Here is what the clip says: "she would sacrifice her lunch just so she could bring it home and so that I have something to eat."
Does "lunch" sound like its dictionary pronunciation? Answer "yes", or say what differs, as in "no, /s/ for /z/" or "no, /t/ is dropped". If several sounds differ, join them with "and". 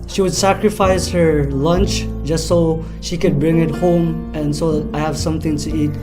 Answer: yes